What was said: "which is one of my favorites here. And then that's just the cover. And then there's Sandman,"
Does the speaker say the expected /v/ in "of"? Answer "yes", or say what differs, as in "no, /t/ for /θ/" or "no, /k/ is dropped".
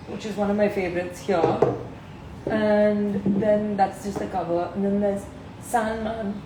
yes